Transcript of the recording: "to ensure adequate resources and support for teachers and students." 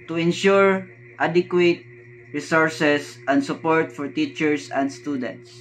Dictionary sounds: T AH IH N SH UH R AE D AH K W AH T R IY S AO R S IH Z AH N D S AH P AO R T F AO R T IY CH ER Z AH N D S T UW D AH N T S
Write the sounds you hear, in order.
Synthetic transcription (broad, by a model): T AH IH N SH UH R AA D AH K W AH T R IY S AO R S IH S AH N D S AH P AO R T F AO R T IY CH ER S AH N D S T UW D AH N T S